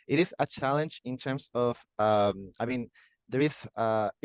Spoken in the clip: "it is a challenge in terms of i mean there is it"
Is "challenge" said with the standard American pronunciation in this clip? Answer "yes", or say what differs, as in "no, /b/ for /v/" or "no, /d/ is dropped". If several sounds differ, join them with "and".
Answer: yes